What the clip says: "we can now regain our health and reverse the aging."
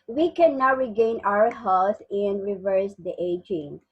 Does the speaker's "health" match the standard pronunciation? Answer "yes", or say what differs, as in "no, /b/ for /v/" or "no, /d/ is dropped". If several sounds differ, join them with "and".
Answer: no, /s/ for /θ/